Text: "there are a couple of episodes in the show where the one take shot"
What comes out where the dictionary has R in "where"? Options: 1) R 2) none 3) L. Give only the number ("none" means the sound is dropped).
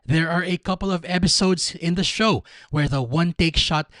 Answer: 1